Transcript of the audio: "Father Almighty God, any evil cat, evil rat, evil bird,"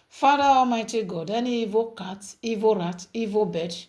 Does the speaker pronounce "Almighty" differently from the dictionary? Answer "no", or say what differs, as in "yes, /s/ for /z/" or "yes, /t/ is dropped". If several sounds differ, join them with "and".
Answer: yes, /l/ is dropped